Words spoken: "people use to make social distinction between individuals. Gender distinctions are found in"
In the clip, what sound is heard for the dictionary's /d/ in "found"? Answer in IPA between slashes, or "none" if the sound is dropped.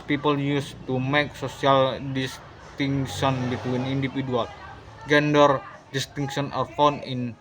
none